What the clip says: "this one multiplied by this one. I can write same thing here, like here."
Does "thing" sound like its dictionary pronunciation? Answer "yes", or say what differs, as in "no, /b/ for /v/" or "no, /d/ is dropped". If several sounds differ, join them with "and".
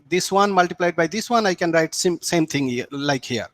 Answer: no, /s/ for /θ/